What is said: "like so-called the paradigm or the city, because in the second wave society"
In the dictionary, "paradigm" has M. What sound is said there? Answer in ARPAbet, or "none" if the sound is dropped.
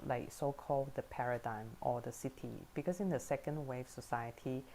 M